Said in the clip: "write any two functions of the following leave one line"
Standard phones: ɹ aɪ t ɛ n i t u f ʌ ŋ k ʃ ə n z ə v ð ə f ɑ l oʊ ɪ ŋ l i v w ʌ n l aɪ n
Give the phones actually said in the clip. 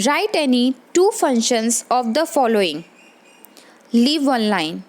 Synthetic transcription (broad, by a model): ɹ aɪ t ɛ n i t u f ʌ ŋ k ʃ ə n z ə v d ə f ɑ l oʊ ɪ ŋ l i v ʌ n l aɪ n